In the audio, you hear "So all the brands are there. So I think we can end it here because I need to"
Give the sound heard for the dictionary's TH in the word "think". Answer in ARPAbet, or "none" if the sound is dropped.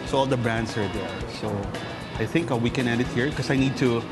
TH